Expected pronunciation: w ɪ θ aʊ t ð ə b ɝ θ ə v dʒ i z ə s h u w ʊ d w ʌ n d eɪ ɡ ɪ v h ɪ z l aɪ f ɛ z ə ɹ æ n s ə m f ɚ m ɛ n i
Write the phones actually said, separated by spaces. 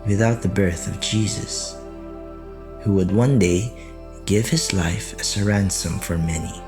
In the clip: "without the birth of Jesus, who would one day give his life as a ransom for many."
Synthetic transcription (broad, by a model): w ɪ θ aʊ t ð ə b ɝ θ ə v dʒ i z ə s h u w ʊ d w ʌ n d eɪ ɡ ɪ v h ɪ z l aɪ f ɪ s ə ɹ æ n s ə m f ɚ m ɛ n i